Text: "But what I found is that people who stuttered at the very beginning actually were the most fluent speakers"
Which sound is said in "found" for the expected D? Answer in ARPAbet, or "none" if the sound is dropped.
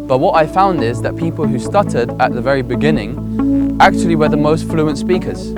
D